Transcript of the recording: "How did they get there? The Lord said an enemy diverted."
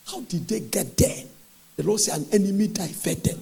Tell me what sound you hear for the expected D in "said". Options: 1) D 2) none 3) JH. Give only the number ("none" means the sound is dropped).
2